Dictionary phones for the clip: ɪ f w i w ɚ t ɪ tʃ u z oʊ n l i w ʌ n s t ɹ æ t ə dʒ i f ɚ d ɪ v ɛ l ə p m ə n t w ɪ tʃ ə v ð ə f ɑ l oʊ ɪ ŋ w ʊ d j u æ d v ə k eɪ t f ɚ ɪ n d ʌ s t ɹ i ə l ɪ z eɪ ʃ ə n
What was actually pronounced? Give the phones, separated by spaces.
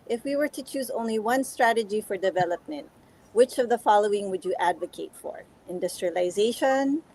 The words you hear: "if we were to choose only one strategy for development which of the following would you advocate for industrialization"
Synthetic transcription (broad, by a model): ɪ f w i w ɚ t ɪ tʃ u z oʊ n l i w ʌ n s t ɹ æ t ə dʒ i f ɚ d ɪ v ɛ l ə p m ə n t w ɪ tʃ ə v ð ə f ɑ l oʊ ɪ ŋ w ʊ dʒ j æ d v ə k eɪ t f ɚ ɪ n d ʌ s t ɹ i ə l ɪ z eɪ ʃ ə n